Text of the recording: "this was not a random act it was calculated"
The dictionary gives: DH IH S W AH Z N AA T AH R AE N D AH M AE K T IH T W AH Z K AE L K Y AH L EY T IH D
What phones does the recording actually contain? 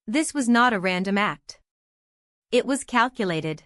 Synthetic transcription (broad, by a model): DH IH S W AH Z N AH T AH R AE N D AH M AE K T IH T W AH Z K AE L K Y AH L EY T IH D